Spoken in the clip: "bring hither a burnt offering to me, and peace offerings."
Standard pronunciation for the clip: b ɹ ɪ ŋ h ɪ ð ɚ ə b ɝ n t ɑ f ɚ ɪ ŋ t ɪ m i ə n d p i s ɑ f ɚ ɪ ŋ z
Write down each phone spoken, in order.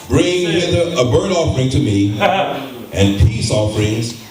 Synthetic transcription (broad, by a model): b ɹ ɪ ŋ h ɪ ð ɚ ə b ɝ t ɑ f ɚ ɪ ŋ t ɪ m i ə n p i s ɑ f ɚ ɪ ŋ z